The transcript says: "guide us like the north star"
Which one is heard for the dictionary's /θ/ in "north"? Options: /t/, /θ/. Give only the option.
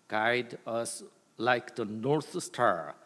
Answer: /t/